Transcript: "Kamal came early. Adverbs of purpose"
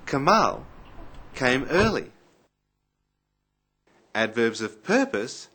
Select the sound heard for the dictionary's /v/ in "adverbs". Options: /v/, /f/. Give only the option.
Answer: /v/